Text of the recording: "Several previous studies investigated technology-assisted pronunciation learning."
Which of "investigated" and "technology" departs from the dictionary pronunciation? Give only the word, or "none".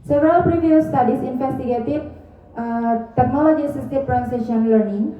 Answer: investigated